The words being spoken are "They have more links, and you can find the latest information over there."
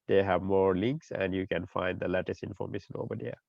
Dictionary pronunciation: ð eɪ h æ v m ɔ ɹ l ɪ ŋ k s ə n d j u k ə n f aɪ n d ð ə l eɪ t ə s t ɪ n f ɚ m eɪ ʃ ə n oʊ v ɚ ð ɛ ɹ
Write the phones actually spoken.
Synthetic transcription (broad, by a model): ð eɪ h æ v m ɔ ɹ l ɪ ŋ k s ə n d j u k ə n f aɪ n d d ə l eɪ t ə s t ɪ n f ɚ m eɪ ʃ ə n oʊ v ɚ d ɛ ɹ